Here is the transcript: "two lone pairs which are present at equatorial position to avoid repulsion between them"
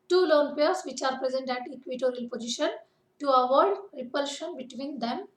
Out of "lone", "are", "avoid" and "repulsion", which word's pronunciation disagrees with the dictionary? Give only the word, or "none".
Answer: none